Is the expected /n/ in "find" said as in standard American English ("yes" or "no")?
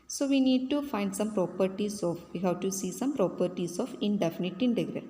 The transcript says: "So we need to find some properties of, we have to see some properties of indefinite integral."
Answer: yes